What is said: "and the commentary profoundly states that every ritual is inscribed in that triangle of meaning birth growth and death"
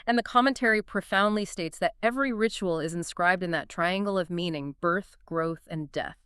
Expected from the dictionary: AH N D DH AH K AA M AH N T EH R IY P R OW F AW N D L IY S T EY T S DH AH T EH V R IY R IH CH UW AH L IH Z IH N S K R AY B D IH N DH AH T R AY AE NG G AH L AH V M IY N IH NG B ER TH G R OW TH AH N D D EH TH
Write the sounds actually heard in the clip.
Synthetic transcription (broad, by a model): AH N DH AH K AA M AH N T EH R IY P R OW F AW N D L IY S T EY T S DH AH T EH V R IY R IH CH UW L IH Z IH N S K R AY B D IH N DH AH T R AY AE NG G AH L AH V M IY N IH NG B ER TH G R OW TH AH N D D EH TH